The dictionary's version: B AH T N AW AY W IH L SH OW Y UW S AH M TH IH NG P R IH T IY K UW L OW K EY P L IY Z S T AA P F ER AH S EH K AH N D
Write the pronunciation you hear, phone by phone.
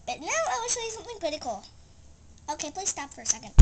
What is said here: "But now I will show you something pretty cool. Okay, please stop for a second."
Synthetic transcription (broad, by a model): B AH T N AW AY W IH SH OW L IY S AH M TH IH NG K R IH T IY K L OW K EY P L IY Z S T AA P F ER AH S EH K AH N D